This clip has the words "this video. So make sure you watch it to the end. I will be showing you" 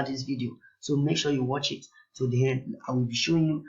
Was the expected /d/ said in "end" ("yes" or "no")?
no